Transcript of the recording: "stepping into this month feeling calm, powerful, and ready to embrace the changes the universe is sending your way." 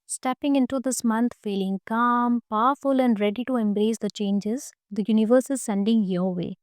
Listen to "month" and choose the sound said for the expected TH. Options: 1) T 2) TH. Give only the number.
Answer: 1